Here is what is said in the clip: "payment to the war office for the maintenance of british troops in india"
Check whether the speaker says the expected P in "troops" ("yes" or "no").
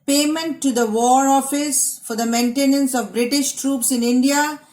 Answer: yes